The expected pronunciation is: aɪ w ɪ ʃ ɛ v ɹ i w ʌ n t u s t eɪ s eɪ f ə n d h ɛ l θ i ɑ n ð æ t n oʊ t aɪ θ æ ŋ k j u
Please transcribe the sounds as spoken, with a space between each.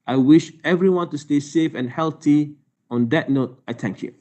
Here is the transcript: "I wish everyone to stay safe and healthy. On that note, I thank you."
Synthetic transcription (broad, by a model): aɪ w ɪ ʃ ɛ v ɹ i w ʌ n t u s t eɪ s eɪ f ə n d h ɛ l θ i ɑ n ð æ t n oʊ t aɪ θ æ ŋ k j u